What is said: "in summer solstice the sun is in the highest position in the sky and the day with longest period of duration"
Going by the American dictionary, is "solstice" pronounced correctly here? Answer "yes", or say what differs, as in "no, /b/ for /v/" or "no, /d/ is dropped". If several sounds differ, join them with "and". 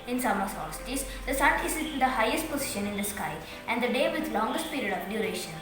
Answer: no, /l/ is dropped